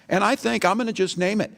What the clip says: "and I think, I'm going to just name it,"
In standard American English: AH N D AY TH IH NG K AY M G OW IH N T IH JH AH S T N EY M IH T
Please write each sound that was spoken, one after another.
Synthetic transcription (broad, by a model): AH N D AY TH IH NG K AY M G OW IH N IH JH AH S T N EY M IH T